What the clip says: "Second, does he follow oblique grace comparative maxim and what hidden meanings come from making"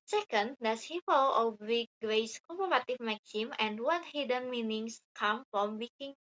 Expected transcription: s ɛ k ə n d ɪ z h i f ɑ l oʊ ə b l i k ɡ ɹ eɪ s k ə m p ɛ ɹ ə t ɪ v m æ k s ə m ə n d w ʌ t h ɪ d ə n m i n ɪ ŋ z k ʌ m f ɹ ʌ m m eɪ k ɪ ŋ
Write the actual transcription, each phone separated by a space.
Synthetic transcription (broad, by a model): s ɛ k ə n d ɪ s h i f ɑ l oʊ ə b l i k ɡ ɹ eɪ s k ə p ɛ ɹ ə t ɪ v m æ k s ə m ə n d w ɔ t h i d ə n m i n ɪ ŋ s k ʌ m f ɹ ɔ m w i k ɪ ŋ